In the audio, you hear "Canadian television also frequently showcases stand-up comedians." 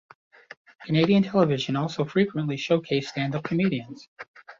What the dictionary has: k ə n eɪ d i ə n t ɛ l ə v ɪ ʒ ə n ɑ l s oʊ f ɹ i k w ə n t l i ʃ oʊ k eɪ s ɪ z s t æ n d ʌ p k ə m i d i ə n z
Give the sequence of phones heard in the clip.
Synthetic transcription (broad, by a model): k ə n eɪ d i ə n t ɛ l ə v ɪ ʒ ə n ɑ l s oʊ f ɹ i k w ə n t l i ʃ oʊ k eɪ ɪ s t æ n d ʌ p k ə m i d i ə n z